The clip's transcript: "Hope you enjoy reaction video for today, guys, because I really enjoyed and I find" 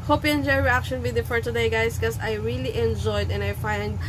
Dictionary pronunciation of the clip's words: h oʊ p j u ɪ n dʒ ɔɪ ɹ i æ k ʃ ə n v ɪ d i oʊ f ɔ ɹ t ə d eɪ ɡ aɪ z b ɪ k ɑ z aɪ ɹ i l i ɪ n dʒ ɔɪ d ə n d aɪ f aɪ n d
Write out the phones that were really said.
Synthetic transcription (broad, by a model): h oʊ p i ɪ n dʒ ɔɪ ɹ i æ k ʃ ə n w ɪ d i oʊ f ɔ ɹ t ə d eɪ ɡ aɪ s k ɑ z aɪ ɹ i l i ɪ n dʒ ɔɪ d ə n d aɪ f aɪ n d